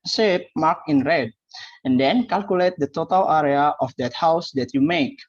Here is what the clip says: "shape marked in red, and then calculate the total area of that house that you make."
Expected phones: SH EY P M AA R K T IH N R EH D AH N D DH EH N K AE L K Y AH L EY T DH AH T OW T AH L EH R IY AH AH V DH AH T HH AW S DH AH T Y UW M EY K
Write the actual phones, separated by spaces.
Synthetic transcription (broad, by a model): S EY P M AA K IH N R EH D AH N D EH N K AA L K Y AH L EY T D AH T OW T AH L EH R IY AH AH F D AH T HH AW S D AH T Y UW M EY K